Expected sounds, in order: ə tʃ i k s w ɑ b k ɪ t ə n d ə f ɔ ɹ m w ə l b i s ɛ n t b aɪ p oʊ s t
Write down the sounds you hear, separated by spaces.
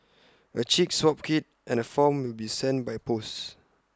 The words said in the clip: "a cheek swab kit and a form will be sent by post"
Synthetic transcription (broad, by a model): ə tʃ i k s w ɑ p k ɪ t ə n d ə f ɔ m w ə l b i s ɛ n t b aɪ p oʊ s